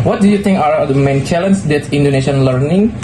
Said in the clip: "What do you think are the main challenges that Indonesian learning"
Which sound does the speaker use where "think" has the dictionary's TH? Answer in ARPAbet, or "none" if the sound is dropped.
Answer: T